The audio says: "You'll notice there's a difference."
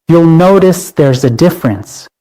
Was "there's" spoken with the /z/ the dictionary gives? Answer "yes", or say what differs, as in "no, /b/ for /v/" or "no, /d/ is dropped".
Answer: yes